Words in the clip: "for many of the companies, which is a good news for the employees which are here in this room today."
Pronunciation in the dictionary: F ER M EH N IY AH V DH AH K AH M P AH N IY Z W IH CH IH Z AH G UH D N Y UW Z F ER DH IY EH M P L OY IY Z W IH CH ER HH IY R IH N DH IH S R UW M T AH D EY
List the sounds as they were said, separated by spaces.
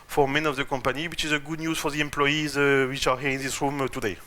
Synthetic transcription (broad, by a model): F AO M EH N IY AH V DH AH K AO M P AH N IY W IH CH IH Z AH G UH D N Y UW Z F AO DH IY EH M P L OY IY Z W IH CH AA HH IY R IH N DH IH S R UW M T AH D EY